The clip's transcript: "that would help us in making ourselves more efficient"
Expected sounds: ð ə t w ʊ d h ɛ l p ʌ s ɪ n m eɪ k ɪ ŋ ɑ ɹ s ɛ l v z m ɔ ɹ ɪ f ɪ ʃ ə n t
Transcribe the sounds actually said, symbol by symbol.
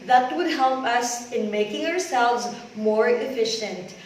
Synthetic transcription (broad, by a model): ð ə t w ʊ d h ɛ l p ʌ s ɪ n m eɪ k ɪ ŋ ɑ ɹ s ɛ l v z m ɔ ɹ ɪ f ɪ ʃ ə n t